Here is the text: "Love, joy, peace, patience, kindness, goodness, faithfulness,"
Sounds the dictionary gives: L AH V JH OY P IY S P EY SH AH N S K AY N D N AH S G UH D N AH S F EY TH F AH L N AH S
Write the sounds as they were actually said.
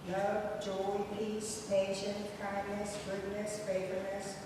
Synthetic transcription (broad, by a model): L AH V JH OY P IY S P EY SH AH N K AY N D N AH S G UH D N AH S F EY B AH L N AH S